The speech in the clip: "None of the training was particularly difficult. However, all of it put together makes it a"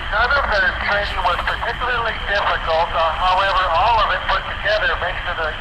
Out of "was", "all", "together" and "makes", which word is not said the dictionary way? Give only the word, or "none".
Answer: makes